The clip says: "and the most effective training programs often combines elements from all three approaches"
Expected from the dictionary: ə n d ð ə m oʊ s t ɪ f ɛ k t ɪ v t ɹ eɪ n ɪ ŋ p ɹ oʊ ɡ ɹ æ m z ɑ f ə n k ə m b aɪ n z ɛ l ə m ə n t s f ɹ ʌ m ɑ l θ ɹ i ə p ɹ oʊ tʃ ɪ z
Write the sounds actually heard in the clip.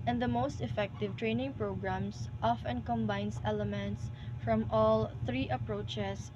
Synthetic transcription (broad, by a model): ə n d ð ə m oʊ s t ɪ f ɛ k t ɪ v t ɹ eɪ n ɪ ŋ p ɹ oʊ ɡ ɹ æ m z ɑ f ə n k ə m b aɪ n s ɛ l ə m ə n t s f ɹ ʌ m ɑ l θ ɹ i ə p ɹ oʊ tʃ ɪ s